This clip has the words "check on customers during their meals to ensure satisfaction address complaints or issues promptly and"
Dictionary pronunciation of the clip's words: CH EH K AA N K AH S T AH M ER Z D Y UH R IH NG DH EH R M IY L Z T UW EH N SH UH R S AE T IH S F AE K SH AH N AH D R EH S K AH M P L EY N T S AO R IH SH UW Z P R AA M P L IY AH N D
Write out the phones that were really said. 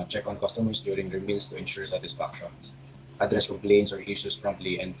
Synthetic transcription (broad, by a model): CH EH K AA N K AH S T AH M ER S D Y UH R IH NG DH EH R M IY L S T UW EH N SH UH R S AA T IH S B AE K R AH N AH D R EH S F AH P L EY N S AO R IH SH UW S P R AA M P L IY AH N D